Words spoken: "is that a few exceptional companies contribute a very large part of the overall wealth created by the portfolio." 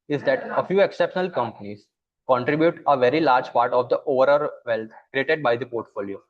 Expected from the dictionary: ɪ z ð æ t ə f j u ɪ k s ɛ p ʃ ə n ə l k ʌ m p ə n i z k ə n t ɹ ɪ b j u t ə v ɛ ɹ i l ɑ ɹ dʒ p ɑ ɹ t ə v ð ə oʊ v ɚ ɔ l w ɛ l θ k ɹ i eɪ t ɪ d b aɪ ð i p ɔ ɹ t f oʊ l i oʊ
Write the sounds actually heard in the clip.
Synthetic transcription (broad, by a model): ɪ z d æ t ə f j u ɪ k s ɛ p ʃ ə n ə l k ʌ m p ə n i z k ə n t ɹ ɪ b j u t ə v ɛ ɹ i l ɑ ɹ dʒ p ɑ ɹ t ə v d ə oʊ v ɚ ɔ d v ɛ l t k ɹ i eɪ t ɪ d b aɪ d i p ɔ ɹ t f oʊ l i oʊ